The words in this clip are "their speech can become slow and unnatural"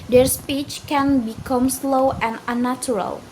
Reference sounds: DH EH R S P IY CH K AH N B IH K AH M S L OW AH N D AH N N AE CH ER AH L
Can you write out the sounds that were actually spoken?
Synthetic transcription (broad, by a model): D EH R S P IY CH K AH N B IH K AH M S L OW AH N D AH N N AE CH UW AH L